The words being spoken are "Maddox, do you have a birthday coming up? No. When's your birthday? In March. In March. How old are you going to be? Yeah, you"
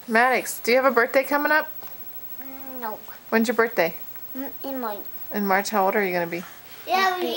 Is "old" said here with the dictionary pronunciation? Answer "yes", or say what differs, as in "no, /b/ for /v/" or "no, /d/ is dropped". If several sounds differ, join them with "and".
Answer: no, /l/ is dropped